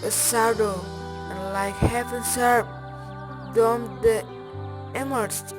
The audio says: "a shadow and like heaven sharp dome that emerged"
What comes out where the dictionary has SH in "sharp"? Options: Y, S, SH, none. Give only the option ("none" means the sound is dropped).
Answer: S